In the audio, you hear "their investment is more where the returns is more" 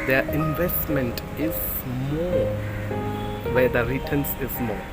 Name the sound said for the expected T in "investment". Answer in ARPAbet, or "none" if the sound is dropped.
T